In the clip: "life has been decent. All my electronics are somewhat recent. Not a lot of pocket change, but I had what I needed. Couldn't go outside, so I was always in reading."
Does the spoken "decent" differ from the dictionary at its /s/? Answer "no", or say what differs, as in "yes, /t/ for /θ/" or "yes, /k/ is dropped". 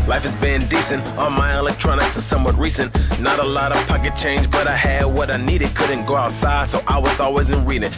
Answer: no